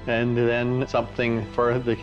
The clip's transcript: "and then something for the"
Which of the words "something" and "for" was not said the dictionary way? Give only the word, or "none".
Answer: none